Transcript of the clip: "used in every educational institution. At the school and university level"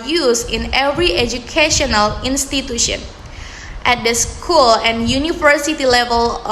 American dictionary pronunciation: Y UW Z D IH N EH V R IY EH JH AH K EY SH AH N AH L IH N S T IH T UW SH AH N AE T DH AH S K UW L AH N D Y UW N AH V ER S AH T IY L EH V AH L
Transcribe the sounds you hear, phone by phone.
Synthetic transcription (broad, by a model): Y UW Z IH N EH V R IY EH JH AH K EY SH AH N AH L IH N S T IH T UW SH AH N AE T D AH S K UW L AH N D Y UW N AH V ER S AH T IY L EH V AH L